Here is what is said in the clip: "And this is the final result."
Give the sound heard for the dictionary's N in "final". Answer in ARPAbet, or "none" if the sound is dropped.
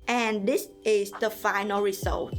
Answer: N